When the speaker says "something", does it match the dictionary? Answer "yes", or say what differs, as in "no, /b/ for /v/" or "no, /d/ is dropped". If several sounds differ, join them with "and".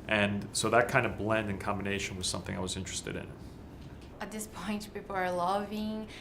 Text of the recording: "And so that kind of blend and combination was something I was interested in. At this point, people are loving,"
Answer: yes